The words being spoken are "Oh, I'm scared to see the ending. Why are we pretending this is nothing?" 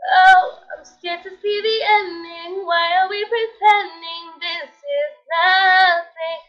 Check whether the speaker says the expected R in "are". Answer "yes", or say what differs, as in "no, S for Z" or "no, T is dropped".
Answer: no, L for R